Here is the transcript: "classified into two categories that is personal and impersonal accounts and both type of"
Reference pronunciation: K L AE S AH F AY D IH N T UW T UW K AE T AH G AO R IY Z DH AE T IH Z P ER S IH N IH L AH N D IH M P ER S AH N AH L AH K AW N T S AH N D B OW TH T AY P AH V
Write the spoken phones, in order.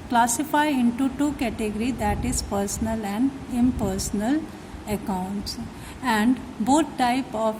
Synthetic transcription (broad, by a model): K L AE S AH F AY IH N T UW T UW K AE T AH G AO R IY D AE T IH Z P ER S IH N IH L AH N D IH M P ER S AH N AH L AH K AW N T S AH N D B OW T T AY P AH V